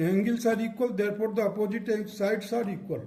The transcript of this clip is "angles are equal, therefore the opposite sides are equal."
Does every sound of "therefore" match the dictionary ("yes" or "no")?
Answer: no